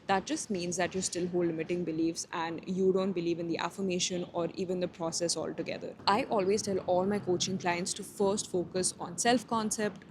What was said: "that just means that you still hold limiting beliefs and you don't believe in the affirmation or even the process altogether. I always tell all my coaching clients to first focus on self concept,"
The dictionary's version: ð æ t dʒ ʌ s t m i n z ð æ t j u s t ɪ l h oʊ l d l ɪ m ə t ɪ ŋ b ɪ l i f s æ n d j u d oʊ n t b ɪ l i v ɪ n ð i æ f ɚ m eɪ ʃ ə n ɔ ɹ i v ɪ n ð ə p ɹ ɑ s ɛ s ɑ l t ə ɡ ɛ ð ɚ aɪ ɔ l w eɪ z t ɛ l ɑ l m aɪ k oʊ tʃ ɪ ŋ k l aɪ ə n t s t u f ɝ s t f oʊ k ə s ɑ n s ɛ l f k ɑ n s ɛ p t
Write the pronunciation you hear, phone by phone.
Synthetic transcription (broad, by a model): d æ t dʒ ʌ s t m i n z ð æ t j u s t ɪ l h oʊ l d l ɪ m ə t ɪ ŋ b ɪ l i f s æ n d j u d oʊ n t b ɪ l i v ɪ n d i æ f ɚ m eɪ ʃ ə n ɔ ɹ i v ɪ n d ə p ɹ ɑ s ɛ s ɑ l t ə ɡ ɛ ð ɚ aɪ ɔ l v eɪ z t ɛ l ɑ l m aɪ k oʊ tʃ ɪ ŋ k l aɪ ə n t s t u f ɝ s t f oʊ k ə s ɑ n s ɛ l f k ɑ n s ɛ p t